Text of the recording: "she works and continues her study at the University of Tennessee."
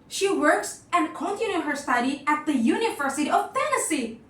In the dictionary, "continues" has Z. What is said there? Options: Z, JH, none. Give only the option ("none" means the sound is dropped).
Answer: none